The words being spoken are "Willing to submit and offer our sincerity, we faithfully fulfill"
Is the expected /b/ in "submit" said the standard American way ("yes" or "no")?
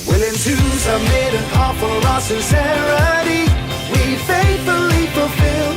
no